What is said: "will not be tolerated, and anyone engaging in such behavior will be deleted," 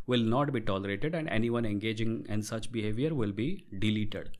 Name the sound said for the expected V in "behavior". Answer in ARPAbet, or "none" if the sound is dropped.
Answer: V